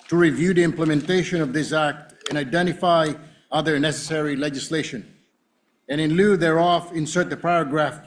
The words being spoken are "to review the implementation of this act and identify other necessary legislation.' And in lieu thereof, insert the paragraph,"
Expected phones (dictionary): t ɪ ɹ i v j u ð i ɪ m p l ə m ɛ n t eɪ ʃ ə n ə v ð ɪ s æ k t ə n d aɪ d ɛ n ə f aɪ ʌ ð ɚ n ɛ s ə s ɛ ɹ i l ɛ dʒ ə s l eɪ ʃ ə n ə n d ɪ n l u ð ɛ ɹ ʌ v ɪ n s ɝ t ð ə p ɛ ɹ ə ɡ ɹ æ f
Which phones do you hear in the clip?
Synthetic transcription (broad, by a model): t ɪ ɹ i v j u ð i ɪ m p l ə m ɛ n t eɪ ʃ ə n ə v ð ɪ s æ k t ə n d aɪ d ɛ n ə f aɪ ʌ ð ɚ n ɛ s ə s ɛ ɹ i l ɛ dʒ ə s l eɪ ʃ ə n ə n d ɪ n l u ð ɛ ɹ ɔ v ɪ n s ɝ t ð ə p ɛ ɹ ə ɡ ɹ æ f